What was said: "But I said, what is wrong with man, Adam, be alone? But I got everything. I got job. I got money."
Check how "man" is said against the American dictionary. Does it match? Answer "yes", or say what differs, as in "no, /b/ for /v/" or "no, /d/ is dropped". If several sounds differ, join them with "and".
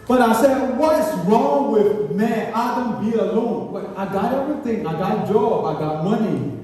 no, /n/ is dropped